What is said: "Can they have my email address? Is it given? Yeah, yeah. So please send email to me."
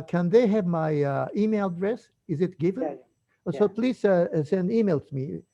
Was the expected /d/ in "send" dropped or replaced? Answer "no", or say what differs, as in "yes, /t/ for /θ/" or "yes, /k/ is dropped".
no